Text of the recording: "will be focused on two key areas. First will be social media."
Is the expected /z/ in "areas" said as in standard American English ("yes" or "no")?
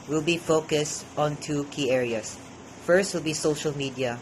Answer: no